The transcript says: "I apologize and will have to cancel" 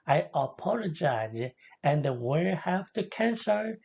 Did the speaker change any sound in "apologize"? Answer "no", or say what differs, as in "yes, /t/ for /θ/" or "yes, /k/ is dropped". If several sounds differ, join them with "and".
no